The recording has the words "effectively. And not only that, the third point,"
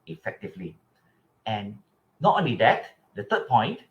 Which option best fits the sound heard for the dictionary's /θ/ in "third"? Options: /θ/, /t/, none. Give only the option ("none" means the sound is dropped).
/t/